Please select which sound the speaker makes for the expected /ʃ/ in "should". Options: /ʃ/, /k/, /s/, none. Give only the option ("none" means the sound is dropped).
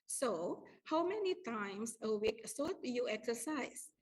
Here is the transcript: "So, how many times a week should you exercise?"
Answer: /s/